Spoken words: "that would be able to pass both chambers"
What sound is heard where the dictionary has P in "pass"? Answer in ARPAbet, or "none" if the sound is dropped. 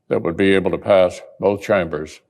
P